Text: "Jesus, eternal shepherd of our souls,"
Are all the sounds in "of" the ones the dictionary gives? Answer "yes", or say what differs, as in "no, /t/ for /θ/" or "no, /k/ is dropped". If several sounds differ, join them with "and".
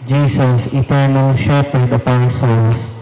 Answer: no, /p/ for /v/